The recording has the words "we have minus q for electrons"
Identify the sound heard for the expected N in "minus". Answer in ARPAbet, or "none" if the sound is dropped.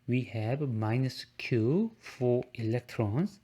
N